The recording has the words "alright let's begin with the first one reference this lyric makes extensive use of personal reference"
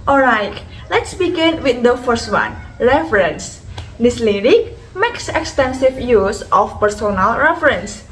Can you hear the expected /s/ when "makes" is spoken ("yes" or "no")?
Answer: yes